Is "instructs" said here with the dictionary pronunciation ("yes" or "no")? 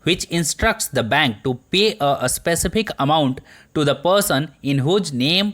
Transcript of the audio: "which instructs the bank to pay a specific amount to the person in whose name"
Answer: yes